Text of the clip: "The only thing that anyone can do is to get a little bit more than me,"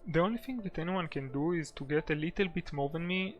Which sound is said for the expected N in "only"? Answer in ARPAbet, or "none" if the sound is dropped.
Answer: N